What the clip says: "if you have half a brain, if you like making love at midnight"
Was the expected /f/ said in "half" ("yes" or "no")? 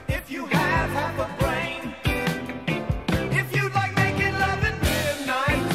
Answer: no